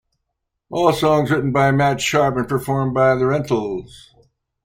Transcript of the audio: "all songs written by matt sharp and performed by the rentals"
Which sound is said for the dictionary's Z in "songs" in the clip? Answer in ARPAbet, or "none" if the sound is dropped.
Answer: Z